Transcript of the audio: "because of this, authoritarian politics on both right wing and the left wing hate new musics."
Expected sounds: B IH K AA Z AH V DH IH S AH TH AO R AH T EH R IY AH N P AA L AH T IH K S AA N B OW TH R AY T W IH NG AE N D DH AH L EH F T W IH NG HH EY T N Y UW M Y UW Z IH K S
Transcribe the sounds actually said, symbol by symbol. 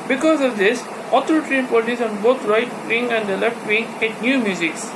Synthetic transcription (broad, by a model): B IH K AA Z AH V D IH S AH T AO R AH T R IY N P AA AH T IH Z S AA N B OW T R AY T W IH NG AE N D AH L EH F T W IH NG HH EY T N Y UW M Y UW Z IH K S